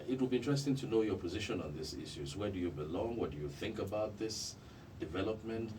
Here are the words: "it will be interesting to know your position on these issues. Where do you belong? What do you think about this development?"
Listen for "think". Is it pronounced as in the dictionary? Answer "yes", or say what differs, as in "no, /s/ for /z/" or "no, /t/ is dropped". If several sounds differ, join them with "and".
yes